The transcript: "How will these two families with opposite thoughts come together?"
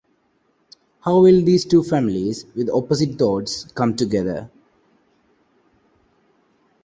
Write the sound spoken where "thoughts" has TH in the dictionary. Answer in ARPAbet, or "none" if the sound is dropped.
T